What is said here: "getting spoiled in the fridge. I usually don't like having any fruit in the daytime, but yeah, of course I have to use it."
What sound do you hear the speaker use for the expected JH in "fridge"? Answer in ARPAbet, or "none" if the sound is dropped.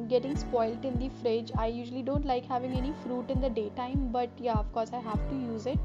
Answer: JH